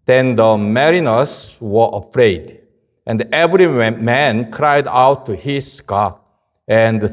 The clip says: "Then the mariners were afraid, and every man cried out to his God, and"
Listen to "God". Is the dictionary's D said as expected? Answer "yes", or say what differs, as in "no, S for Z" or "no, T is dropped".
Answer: no, D is dropped